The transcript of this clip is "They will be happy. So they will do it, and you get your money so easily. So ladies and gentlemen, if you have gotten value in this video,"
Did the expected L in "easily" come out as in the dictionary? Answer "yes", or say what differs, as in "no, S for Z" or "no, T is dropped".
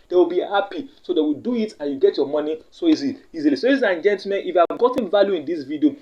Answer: no, L is dropped